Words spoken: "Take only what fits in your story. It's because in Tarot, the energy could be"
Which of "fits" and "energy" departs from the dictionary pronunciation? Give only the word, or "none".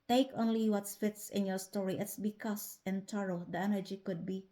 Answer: none